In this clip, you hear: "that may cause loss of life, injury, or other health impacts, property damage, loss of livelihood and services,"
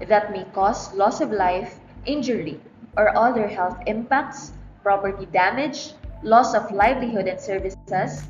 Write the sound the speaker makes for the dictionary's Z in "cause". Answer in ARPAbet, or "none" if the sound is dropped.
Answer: S